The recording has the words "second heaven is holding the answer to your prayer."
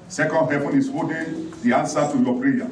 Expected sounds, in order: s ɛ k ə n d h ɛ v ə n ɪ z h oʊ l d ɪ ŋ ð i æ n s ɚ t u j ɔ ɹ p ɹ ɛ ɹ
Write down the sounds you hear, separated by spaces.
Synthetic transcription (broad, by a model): s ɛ k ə n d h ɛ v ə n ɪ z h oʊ d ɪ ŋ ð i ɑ n s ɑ t u j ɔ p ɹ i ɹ